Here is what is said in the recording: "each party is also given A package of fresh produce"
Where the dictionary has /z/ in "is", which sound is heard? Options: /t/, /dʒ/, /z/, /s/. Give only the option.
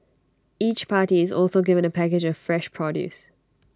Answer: /z/